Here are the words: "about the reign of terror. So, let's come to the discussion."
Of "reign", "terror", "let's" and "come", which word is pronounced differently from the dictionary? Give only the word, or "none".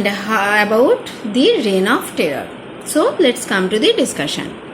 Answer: terror